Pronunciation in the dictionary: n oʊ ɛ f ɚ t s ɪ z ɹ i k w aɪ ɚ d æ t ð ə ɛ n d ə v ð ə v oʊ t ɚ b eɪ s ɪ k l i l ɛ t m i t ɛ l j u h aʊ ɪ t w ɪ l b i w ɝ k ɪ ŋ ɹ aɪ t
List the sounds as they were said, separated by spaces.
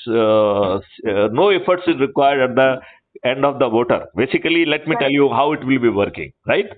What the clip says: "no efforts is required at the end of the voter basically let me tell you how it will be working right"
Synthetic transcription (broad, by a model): n oʊ ɛ f ɚ t s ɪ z ɹ i k w aɪ ɚ d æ t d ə ɛ n d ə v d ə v oʊ t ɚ b eɪ s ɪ k l i l ɛ t m i t ɛ l j u h aʊ ɪ t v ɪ l b i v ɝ k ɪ ŋ ɹ aɪ t